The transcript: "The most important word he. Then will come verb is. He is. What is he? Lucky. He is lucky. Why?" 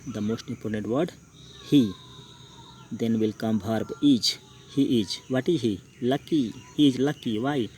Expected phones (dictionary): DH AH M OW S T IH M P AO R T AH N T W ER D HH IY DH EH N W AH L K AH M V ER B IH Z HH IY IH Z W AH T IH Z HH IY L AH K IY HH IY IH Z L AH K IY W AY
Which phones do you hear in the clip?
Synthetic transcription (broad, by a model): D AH M OW S T IH M P AO R T AH N T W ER D HH IY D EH N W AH L K AH M B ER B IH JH HH IY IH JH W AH T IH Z HH IY L AH K IY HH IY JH L AH K IY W AY